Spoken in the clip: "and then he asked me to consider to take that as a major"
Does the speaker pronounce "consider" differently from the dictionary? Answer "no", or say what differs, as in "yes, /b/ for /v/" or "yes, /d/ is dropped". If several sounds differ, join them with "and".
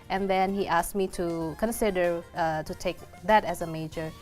no